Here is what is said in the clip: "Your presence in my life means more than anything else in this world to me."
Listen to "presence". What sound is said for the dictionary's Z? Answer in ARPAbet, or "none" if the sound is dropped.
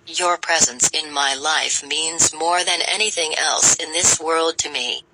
Z